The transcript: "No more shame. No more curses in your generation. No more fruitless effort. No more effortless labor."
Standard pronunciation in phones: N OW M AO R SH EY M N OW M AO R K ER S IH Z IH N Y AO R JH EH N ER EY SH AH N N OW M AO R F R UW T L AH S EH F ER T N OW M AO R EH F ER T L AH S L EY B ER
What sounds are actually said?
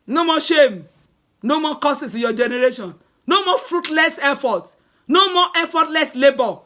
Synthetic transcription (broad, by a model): N OW M AO SH EY M N OW M AO K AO S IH S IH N Y AO JH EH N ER EY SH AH N N OW M AO F R UW T L AH S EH F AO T N OW M AO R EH F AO T L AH S L EY B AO